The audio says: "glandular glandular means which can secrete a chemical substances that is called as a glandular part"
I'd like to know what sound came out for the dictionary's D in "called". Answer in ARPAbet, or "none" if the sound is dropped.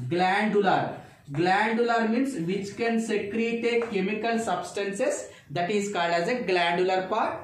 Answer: D